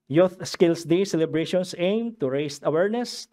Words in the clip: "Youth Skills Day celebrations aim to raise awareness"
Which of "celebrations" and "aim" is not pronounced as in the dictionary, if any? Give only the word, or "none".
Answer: celebrations